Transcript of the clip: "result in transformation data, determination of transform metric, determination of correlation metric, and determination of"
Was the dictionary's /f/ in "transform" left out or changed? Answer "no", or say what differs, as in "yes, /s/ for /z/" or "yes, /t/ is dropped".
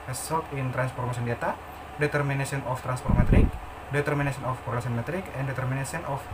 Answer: yes, /p/ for /f/